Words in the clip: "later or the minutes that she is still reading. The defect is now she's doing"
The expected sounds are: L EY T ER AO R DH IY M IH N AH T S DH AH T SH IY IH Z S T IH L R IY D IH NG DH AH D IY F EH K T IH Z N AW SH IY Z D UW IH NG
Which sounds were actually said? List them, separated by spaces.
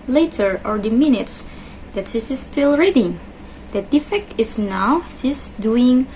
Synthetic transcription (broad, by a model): L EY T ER AO R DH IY M IH N AH T S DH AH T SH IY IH S T IH L R IY D IH NG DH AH D IY F EH K T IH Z N AW S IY S D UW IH NG